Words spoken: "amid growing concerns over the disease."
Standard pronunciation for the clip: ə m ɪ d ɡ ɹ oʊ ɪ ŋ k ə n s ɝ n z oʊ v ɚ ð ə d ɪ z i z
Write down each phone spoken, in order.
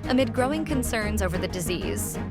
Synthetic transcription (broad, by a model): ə m ɪ d ɡ ɹ oʊ ɪ ŋ k ə n s ɝ n z oʊ v ɚ ð ə d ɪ z i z